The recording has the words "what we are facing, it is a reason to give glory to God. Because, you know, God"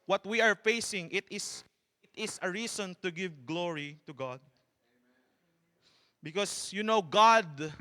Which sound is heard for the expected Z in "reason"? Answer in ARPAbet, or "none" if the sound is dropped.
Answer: S